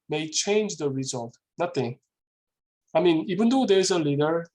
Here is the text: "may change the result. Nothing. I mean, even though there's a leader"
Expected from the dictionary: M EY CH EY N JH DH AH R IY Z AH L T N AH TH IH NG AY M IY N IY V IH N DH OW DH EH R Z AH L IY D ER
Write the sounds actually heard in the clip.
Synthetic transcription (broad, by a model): M EY CH EY N JH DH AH R IY Z AH L T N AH T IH AY M IY N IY B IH N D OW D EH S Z AH L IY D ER